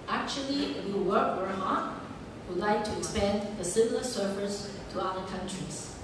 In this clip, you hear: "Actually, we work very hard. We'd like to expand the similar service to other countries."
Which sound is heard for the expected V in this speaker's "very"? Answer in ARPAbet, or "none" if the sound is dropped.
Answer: W